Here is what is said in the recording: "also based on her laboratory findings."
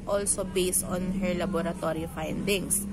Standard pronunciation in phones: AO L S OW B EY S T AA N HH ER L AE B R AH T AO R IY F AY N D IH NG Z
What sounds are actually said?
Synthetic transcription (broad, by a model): AO L S OW B EY S T AA N HH ER L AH B R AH T AO R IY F AY N D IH NG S